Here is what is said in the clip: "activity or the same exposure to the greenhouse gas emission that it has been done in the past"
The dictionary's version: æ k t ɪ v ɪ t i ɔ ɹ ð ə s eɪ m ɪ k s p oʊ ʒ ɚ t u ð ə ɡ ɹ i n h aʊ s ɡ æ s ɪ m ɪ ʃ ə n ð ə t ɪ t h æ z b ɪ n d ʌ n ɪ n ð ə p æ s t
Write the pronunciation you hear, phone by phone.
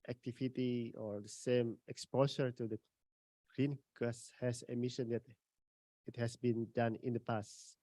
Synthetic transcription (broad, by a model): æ k t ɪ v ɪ t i ɔ ɹ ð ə s eɪ m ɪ k s p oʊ s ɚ t u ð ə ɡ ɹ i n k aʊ s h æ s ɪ m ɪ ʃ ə n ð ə t ɪ t h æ s b ɪ n d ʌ n ɪ n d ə p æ s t